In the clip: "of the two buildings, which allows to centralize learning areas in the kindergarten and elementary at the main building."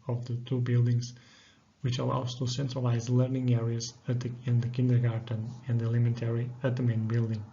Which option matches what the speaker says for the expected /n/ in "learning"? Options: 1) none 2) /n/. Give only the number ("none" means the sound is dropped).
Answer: 2